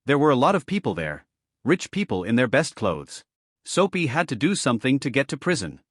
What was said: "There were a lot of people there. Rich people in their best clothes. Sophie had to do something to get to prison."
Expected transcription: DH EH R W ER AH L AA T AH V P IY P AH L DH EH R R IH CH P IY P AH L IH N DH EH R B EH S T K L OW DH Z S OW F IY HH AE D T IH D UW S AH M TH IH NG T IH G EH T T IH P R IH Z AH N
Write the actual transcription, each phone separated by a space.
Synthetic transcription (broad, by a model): DH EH R W ER AH L AA T AH V P IY P L DH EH R R IH CH P IY P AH L IH N DH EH R B EH S T K L OW DH Z S OW P IY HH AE D T IH D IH S AH M TH IH NG T IH G EH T T IH P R IH Z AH N